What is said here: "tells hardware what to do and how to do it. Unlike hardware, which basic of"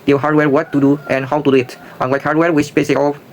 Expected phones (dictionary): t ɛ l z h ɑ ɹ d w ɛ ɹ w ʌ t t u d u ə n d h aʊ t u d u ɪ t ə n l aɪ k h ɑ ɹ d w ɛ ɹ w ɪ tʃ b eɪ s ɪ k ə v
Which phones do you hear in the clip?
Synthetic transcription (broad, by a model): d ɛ h ɑ ɹ d w ɛ ɹ w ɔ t t u d u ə n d h aʊ t u d u ɪ t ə l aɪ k h ɑ ɹ d w ɛ ɹ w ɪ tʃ b eɪ s ɪ k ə